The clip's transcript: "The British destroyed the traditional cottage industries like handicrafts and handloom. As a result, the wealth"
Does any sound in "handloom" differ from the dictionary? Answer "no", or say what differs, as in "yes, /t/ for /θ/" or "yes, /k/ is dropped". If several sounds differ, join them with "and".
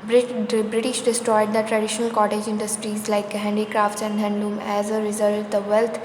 yes, /l/ is dropped